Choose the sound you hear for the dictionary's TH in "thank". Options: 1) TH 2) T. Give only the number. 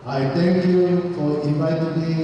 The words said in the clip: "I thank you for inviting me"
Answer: 2